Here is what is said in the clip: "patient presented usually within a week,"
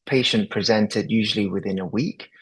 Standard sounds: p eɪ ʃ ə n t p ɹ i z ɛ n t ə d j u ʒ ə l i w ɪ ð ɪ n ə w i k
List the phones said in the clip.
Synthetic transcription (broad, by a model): p eɪ ʃ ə n p ɹ i z ɛ n t ə d j u ʒ ə l i w ɪ ð ɪ n ə w i k